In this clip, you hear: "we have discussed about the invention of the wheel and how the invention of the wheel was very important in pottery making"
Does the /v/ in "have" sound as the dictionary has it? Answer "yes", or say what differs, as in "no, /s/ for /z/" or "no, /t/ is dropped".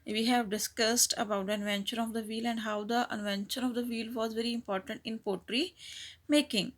yes